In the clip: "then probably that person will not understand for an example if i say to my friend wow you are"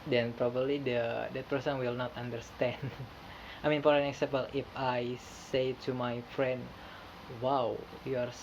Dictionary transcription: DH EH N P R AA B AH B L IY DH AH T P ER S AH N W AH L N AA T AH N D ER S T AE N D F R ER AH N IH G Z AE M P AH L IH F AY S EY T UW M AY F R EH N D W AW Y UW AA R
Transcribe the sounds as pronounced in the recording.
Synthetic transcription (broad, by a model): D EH N P R AA B AH B L IY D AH T P ER S AH N W AH L N AA T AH N D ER S T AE N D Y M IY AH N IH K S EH P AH L IH F AY S EY T UW M AY F R EH N D W AW Y UW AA R